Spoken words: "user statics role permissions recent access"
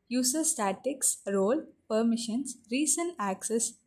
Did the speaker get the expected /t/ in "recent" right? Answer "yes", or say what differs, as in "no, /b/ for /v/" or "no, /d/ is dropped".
no, /t/ is dropped